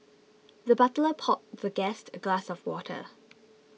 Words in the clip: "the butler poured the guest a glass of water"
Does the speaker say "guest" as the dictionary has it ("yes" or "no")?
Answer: yes